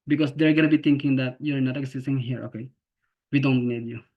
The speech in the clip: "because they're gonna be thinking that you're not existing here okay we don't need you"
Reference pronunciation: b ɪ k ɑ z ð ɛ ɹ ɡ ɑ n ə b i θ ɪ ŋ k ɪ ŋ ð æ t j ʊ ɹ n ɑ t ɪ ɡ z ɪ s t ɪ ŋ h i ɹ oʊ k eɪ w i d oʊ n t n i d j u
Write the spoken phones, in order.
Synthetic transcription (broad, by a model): b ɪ k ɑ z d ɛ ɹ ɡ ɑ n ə b i t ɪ ŋ k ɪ ŋ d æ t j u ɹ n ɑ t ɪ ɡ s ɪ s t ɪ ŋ h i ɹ oʊ k eɪ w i d oʊ n t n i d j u